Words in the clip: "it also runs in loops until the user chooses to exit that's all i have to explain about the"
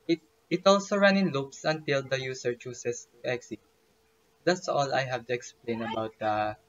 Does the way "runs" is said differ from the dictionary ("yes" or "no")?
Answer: yes